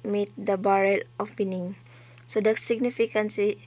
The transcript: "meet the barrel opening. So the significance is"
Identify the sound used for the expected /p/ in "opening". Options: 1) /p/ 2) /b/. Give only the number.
2